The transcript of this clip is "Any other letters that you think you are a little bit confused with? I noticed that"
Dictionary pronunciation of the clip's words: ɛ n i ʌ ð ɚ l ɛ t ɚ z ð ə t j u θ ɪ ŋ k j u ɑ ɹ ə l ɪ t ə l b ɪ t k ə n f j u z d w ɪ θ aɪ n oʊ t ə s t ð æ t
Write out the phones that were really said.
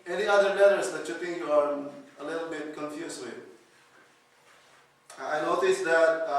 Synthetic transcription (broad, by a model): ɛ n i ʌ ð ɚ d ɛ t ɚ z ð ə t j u t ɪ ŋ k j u ɑ ɹ ə l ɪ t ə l b ɪ t k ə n f j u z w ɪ aɪ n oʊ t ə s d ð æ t